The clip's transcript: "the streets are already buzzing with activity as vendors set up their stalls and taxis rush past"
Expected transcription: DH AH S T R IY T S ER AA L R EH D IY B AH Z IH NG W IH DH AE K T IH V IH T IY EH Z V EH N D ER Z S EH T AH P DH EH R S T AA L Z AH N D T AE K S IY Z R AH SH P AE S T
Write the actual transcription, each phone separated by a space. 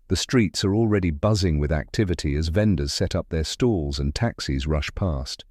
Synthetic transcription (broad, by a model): DH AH S T R IY T S ER AA L R EH D IY B AH Z IH NG W IH DH AE K T IH V IH T IY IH Z V EH N D ER Z S EH T AH P DH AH R S T AA L Z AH N T AE K S IY Z R AH SH P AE S T